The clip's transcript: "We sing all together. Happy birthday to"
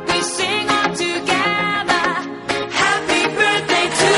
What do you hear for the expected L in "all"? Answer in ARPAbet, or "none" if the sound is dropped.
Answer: N